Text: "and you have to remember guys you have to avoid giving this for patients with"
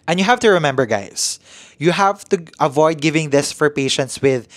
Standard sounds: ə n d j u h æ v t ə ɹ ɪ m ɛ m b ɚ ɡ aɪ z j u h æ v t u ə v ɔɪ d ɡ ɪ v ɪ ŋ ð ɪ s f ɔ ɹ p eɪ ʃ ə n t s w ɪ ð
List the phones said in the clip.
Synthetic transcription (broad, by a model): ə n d j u h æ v t ə ɹ ɪ m ɛ m b ɚ ɡ aɪ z j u h æ v t u ə v ɔɪ d ɡ ɪ v ɪ ŋ ð ɪ s f ɔ ɹ p eɪ ʃ ə n t s w ɪ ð